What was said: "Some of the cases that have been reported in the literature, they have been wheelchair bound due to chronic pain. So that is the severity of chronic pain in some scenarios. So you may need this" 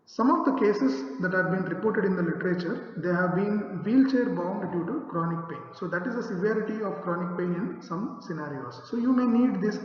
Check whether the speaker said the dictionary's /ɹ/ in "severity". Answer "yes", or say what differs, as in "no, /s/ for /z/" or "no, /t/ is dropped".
yes